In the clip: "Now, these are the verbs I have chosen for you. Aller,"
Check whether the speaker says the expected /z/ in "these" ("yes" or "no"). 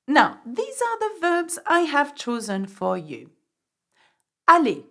yes